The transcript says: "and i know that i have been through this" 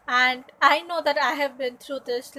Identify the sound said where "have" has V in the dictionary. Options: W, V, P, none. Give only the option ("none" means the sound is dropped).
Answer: V